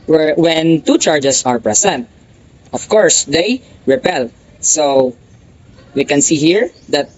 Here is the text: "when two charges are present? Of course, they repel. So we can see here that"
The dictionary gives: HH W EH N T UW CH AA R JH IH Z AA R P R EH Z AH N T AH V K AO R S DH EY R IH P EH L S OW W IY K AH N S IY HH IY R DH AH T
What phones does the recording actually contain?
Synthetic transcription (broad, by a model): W W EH N T UW CH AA R JH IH S AA R P R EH S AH N T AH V K AO R S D EY R IH P EH L S OW W IY K AH N S IY HH IY R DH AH T